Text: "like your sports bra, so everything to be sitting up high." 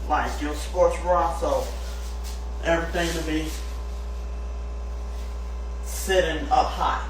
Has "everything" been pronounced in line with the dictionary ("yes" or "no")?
yes